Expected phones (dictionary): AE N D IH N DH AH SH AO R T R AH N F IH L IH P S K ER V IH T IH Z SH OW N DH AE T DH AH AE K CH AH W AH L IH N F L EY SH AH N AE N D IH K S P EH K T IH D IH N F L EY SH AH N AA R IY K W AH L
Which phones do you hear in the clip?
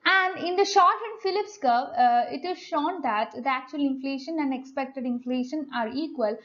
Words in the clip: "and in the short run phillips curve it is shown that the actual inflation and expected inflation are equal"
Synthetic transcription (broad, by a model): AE N D IH N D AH SH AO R T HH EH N F IH L IH P S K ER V IH T IH Z SH OW N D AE T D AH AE K CH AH AH L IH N F L EY SH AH N AE N D IH K S P EH K T IH D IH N F L EY SH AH N AA R IY K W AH L